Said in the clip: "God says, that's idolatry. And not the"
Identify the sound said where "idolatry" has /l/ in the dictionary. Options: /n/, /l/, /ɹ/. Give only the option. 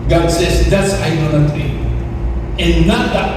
/n/